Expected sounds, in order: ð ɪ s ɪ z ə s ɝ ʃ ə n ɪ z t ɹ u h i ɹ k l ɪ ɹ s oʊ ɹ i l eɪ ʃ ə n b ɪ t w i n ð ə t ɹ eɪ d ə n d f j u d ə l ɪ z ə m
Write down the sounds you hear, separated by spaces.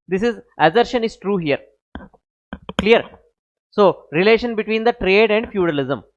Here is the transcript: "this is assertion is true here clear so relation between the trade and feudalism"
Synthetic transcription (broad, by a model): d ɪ s ɪ z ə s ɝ ʃ ə n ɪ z t ɹ u h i ɹ k l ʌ ɹ s oʊ ɹ i l eɪ ʃ ə n b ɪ t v i n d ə t ɹ eɪ d ə n d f j u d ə l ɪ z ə m